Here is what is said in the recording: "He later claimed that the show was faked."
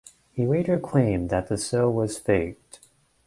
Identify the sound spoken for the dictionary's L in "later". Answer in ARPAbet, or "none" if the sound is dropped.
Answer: W